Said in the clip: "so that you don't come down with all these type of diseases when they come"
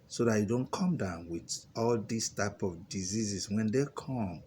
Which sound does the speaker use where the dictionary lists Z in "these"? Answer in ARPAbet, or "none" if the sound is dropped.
S